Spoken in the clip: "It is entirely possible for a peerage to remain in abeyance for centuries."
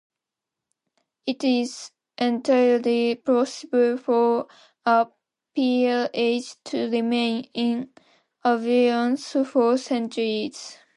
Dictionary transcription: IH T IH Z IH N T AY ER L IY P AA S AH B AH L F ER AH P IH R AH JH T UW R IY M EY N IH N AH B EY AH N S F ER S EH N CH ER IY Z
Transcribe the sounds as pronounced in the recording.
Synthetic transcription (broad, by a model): IH T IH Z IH N T AY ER L IY P AA S AH B AH L F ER AH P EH L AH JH T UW R IY M EY N IH N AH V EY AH N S F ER S EH N CH ER IY Z